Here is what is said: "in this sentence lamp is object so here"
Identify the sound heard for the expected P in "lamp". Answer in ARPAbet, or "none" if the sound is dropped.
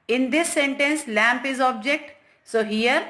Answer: P